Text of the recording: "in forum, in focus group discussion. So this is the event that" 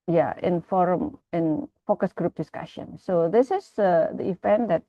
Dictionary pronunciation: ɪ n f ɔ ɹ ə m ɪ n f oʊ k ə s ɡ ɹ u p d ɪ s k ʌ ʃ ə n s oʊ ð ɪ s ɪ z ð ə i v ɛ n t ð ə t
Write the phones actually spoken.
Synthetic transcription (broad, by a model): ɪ n f ɔ ɹ ə m ɪ n f oʊ k ə s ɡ ɹ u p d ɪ s k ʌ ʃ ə n s oʊ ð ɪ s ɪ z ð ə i f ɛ n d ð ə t